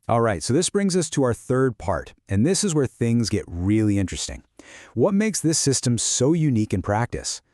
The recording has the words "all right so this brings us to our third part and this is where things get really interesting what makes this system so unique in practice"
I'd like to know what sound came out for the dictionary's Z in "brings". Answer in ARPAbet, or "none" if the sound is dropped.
Z